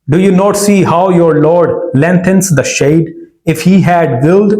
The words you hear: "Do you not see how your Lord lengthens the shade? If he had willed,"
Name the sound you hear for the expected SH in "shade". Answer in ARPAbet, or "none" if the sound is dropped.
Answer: SH